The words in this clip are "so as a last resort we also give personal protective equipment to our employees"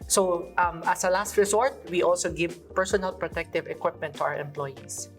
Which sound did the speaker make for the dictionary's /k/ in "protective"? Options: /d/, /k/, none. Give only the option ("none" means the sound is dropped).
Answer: /k/